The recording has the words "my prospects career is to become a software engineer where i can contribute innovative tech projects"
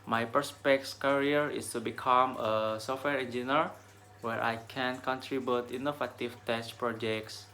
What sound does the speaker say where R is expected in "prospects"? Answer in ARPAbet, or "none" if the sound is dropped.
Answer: none